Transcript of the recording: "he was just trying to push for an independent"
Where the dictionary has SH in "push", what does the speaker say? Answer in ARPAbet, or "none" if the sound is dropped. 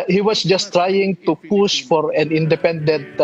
S